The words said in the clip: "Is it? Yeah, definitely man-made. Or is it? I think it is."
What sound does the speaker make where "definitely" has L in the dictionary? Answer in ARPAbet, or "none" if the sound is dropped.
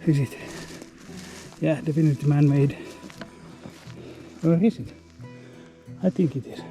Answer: none